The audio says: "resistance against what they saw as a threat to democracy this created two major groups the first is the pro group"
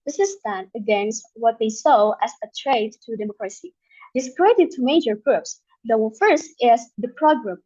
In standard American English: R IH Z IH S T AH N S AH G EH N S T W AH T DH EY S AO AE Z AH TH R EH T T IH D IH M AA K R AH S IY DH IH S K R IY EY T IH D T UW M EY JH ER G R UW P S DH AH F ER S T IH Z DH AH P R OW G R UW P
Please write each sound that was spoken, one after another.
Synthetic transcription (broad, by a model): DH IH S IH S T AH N AH G EH N S T W AH T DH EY S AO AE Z AH T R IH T T IH D IH M AA K R AH S IY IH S K R IY EY T IH D T UW M EY JH ER G R UW P S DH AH F ER S T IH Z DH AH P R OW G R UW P